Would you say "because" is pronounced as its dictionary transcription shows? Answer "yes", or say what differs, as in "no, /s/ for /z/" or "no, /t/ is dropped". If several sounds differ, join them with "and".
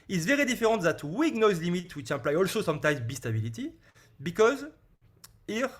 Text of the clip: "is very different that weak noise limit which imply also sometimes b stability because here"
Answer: yes